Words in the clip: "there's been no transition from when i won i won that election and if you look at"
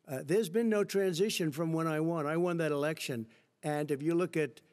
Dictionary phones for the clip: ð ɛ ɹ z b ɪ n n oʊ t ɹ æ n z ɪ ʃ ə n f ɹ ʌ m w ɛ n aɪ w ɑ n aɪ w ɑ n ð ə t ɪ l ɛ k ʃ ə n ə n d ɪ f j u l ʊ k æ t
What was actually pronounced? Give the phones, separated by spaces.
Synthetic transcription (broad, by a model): ð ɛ ɹ z b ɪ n n oʊ t ɹ æ n z ɪ ʃ ə n f ɹ ʌ m w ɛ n aɪ w ɑ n aɪ w ɑ n ð ə t ɪ l ɛ k ʃ ə n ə n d ɪ f j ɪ l ʊ k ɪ t